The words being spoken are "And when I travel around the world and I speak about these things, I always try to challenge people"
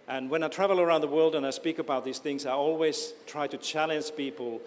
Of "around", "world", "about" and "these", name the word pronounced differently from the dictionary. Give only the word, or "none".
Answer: none